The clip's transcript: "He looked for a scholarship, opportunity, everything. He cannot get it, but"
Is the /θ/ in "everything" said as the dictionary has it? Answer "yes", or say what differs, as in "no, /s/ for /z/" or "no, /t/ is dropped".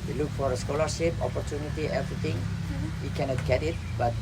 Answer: no, /t/ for /θ/